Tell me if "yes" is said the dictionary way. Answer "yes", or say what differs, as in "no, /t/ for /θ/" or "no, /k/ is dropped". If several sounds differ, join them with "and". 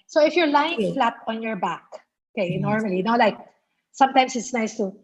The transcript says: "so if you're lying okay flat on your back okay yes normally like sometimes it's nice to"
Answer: no, /s/ is dropped